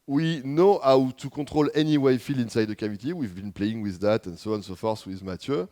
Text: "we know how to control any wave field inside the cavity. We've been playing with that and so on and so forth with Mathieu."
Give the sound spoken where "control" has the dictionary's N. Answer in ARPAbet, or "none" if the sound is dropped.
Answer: none